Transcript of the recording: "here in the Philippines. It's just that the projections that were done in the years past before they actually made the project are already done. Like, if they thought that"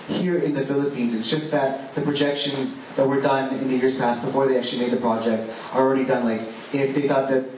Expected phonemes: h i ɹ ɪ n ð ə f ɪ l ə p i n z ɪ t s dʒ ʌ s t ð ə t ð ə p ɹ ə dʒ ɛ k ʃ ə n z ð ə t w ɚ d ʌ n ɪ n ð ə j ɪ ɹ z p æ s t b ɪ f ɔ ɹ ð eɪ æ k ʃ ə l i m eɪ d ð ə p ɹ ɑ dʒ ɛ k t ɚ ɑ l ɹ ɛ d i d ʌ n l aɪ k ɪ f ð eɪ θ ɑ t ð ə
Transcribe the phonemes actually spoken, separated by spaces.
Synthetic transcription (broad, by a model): h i ɹ ɪ n ð ə f ɪ l ə p i n z ɪ t s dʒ ʌ s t ð ə t ð ə p ɹ ə dʒ ɛ k ʃ ə n z ð ə t w ɚ d ʌ n ɪ n ð ə j ɪ ɹ z p æ s t b ɪ f ɔ ɹ ð eɪ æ k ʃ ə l i m eɪ d ð ə p ɹ ɑ dʒ ɛ k t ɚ ɑ l ɹ ɛ d i d ʌ n l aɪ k ɪ f ð eɪ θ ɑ t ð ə